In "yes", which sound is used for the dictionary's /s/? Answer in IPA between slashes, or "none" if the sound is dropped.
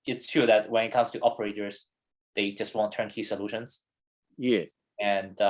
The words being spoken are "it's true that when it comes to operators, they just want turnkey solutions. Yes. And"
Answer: none